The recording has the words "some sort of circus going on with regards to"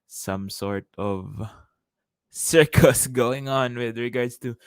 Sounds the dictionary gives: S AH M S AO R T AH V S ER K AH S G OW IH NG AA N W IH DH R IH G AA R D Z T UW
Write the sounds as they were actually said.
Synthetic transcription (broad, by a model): S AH M S AO R T AH V S ER K AH S G OW IH NG AA N W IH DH R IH G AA R D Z T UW